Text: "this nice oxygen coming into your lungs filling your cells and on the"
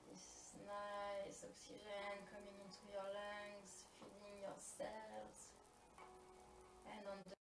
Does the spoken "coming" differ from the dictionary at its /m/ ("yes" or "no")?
no